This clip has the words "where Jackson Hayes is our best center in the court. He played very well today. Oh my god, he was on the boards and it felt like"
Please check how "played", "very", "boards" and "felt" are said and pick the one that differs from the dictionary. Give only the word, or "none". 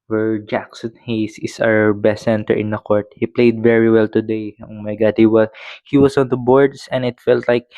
boards